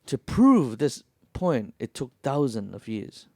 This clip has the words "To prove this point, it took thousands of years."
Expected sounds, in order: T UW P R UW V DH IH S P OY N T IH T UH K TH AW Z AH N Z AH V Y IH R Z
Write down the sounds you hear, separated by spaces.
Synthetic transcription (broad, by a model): T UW P R UW V DH IH S P OY N T IH T UH K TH AW Z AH N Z AH V Y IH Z